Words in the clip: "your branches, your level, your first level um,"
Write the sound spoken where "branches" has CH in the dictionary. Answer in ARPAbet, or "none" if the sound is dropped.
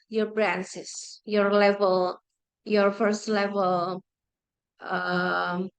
S